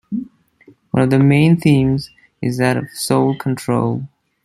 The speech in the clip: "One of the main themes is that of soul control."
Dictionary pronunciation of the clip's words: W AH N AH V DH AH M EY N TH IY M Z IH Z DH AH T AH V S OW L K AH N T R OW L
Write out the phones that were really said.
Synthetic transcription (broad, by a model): W AH N AH V DH AH M EY N TH IY M Z IH Z DH AH T AH V S OW L K AH N T R OW L